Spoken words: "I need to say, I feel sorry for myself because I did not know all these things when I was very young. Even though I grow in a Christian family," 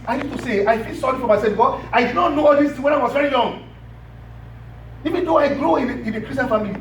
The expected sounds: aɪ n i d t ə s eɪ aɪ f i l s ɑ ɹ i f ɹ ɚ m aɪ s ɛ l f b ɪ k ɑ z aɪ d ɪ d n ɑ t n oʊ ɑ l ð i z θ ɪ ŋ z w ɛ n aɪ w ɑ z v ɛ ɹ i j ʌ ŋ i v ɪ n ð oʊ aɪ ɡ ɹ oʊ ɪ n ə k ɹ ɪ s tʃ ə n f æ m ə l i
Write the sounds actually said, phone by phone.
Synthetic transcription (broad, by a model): aɪ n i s t ə s eɪ aɪ f i l s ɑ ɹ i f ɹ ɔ m aɪ s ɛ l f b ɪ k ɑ aɪ d ɪ d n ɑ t n oʊ ɑ l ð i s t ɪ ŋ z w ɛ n aɪ w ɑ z v ɛ ɹ i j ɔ ŋ i v ɪ n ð oʊ aɪ ɡ ɹ oʊ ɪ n ə k ɹ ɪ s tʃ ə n f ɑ m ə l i